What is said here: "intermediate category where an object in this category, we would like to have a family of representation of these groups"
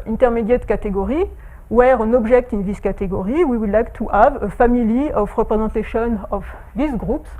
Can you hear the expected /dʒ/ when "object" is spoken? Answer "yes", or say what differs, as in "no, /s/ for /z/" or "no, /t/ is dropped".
no, /ʒ/ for /dʒ/